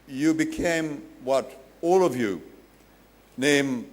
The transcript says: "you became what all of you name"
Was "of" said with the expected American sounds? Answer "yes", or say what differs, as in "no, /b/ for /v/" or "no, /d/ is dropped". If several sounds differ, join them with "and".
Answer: yes